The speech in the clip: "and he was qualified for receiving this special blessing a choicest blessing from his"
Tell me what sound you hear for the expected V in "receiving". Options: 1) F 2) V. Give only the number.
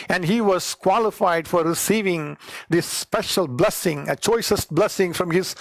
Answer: 2